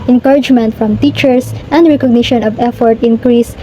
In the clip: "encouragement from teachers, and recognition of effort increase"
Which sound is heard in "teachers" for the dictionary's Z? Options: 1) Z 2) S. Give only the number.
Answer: 2